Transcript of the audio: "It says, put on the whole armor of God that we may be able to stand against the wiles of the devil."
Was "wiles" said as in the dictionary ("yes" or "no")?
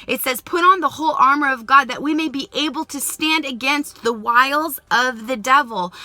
yes